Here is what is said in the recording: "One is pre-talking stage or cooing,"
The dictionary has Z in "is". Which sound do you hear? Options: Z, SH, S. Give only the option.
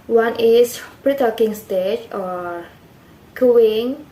S